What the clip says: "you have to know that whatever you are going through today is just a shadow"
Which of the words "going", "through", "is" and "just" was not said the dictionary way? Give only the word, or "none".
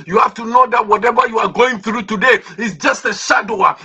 is